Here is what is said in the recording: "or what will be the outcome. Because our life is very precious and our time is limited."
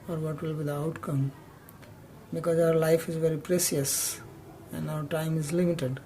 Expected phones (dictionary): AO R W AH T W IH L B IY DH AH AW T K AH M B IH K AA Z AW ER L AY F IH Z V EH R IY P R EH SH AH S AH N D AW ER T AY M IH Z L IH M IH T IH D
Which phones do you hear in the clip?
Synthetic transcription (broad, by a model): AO R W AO T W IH L B IY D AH AW T K AH M B IH K AA Z AW ER L AY F IH Z V EH R IY P R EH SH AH S AH N D AW ER T AY M IH Z L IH M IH T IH D